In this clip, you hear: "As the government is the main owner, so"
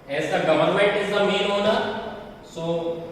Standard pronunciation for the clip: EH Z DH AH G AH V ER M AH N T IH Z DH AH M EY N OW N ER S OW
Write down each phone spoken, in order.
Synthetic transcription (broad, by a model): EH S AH G AH V ER M AH N T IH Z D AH M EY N OW N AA S OW